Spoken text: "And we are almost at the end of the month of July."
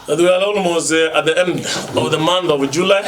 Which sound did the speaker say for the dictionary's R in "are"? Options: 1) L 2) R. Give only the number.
1